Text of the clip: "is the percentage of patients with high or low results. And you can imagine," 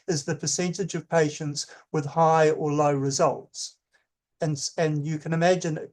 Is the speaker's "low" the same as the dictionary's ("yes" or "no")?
yes